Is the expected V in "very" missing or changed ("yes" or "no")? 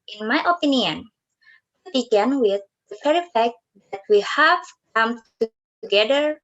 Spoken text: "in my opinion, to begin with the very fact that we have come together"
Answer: yes